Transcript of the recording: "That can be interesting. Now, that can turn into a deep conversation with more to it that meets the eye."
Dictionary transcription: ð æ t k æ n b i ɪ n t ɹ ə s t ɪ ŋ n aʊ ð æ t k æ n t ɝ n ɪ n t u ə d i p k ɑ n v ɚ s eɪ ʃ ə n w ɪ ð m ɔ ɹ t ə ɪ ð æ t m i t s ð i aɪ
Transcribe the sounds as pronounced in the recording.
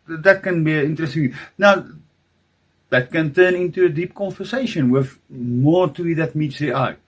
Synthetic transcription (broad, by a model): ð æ t k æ n b i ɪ n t ɹ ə s t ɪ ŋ n aʊ ð æ t k æ n t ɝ n ɪ n t u ə d i p k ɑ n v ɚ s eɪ ʃ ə n w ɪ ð m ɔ t ə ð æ t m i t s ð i aɪ